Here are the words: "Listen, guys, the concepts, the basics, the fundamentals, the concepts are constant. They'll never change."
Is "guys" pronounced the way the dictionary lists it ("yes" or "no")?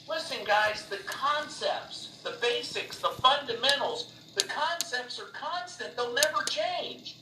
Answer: yes